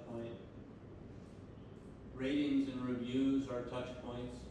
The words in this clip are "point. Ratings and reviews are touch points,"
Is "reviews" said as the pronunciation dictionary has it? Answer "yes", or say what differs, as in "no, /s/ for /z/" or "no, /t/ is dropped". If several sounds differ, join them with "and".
yes